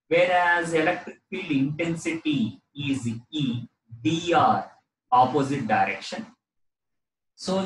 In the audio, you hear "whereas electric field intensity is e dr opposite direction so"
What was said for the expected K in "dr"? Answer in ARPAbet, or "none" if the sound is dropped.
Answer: none